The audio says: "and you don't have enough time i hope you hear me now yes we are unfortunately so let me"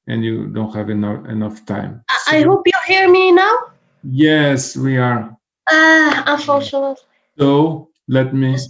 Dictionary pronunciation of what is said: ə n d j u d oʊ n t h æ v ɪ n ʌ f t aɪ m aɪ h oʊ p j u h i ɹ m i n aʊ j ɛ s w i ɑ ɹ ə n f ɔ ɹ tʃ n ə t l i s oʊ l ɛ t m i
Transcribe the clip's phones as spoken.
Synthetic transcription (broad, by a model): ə n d j u d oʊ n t h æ v ɪ n ʌ f t aɪ m aɪ h oʊ p j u h i ɹ m i n aʊ j ɛ s w i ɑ ɹ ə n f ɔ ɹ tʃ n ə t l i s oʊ l ɛ t m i